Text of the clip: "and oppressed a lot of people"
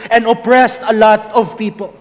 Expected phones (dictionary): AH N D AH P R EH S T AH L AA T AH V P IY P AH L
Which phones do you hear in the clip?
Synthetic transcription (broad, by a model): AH N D AH P R EH S T AH L AA T AH V P IY P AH L